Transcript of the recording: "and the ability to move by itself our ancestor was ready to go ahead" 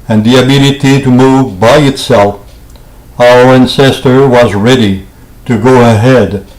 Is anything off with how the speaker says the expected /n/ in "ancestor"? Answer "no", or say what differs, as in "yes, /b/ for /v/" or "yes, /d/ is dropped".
no